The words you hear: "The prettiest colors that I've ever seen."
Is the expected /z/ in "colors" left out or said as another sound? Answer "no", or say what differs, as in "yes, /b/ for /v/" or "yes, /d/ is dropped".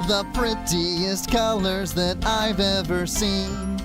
no